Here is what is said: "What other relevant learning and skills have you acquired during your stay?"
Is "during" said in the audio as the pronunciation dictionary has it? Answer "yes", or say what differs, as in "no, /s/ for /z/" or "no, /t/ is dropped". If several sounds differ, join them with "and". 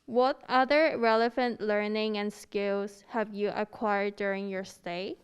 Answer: yes